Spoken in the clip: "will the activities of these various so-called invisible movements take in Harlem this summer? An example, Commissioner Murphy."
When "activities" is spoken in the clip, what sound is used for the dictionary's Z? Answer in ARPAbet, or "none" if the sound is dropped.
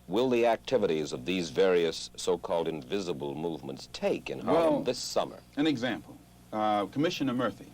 Z